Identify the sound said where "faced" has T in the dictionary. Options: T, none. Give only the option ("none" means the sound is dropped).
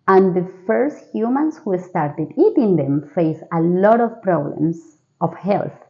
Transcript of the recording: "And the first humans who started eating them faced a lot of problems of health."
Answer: none